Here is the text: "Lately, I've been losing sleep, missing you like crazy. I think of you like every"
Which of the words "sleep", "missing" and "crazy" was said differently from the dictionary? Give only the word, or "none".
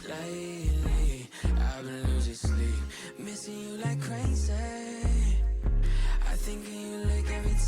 crazy